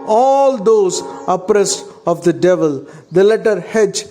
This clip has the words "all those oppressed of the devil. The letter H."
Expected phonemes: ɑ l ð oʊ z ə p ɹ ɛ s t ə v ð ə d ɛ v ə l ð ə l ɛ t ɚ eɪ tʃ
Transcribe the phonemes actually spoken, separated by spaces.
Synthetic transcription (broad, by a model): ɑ l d oʊ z ə p ɹ ɛ s t ə v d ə d ɛ v ə l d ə l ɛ t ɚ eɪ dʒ